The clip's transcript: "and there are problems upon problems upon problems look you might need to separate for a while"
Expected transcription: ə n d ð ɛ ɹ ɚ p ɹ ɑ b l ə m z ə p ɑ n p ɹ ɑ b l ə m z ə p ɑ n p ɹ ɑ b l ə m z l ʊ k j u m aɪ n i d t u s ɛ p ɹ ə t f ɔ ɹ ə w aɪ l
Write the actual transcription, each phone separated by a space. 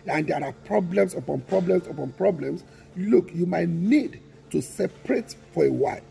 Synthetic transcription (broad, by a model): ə n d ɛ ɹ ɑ p ɹ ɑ b l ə m s ə p ɑ n p ɹ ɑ b l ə m s ə p ɑ n p ɹ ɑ b l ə m s l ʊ k j u m aɪ n i d t u s ɛ p ɹ ə t f ɔ ɹ ə w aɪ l